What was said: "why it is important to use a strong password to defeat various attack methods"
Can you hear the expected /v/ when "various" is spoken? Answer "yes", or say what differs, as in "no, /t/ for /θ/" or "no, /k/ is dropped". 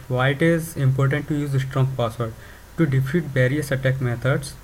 no, /b/ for /v/